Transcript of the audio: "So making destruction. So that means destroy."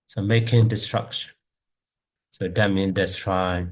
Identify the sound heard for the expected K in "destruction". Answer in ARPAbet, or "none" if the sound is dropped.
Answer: K